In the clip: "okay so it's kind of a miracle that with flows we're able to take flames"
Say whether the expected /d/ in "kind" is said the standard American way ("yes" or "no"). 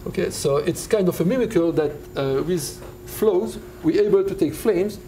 yes